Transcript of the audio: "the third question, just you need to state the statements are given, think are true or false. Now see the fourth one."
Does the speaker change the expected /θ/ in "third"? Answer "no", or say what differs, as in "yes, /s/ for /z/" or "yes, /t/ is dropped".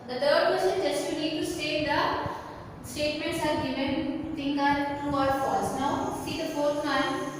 yes, /t/ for /θ/